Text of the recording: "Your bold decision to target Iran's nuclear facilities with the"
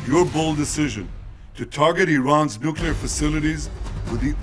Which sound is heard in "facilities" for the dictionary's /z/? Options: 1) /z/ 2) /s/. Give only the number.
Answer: 1